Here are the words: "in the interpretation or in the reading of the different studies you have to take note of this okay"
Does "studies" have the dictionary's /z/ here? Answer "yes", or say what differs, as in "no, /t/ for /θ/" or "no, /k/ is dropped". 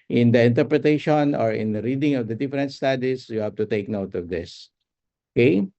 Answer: no, /s/ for /z/